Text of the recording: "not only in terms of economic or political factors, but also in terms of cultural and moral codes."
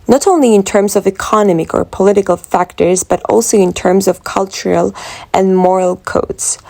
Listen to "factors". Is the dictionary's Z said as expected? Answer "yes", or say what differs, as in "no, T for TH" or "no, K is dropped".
yes